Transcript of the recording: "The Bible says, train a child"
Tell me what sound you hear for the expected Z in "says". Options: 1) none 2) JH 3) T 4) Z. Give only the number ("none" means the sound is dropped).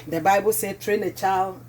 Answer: 1